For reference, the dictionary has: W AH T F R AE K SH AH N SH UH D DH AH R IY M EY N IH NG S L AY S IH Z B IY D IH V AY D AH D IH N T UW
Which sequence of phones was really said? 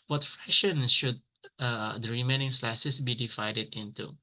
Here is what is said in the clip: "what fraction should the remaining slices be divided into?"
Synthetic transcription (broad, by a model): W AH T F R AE SH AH N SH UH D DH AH R IY M EY N IH NG S L AY S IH S B IY D IH V AY D AH D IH N T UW